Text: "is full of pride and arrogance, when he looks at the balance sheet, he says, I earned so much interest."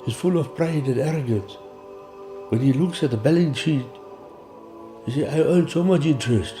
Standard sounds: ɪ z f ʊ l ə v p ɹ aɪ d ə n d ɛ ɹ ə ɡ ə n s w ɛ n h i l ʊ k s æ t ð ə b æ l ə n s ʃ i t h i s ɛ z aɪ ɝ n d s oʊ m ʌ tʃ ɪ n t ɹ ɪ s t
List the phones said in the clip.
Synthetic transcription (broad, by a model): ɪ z f ʊ l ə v p ɹ aɪ d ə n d ɛ ɹ ə ɡ ə n s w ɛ n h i l ʊ k s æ t ð ə b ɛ l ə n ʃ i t h i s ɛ aɪ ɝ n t s oʊ m ʌ tʃ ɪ n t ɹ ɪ s t